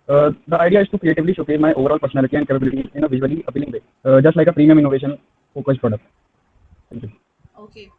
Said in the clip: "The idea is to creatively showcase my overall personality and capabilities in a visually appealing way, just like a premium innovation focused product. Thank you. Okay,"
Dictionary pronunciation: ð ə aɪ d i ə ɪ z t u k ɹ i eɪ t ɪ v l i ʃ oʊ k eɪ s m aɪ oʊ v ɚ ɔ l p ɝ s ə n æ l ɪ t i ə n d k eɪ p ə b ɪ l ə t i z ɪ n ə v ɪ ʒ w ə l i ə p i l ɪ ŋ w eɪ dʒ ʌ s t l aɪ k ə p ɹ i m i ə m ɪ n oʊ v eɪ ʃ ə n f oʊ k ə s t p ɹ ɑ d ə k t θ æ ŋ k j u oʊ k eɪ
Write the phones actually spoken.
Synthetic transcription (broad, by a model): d ə aɪ d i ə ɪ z t u k ɹ i eɪ t ɪ v l i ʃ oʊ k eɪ m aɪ oʊ v ɚ ɔ l p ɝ s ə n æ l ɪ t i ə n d k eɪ p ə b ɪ l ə t i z ɪ n ə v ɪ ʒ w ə l i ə p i l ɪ ŋ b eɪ dʒ ʌ s t l aɪ k ə p ɹ i m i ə m ɪ n oʊ v eɪ ʃ ə n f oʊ k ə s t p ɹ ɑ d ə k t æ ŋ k j u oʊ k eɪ